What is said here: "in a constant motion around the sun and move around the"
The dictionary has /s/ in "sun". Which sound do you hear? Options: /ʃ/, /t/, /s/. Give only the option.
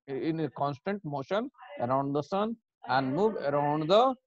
/s/